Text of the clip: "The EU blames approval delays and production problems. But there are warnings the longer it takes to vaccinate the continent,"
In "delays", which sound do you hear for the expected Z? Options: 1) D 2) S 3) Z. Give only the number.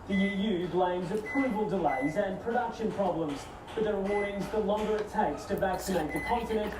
3